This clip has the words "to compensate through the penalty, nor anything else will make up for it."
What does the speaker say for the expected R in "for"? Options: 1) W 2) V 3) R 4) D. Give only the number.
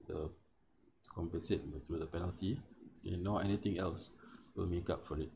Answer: 3